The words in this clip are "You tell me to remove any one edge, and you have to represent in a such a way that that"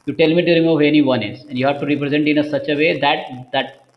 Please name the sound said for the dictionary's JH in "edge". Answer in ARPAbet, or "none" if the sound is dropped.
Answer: Z